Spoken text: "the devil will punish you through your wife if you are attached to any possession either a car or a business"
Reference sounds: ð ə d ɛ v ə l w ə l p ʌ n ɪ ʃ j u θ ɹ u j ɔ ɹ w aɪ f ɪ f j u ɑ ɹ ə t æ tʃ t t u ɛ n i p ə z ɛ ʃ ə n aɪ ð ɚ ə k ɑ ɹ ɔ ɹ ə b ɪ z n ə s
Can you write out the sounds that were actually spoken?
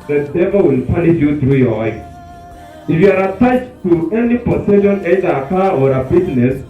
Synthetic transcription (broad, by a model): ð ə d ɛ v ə w ə l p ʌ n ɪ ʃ j u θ ɹ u j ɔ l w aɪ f ɪ f j u ɑ ɹ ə t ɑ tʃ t t u ɛ n i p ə s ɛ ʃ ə n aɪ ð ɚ ə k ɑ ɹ ɔ ɹ ə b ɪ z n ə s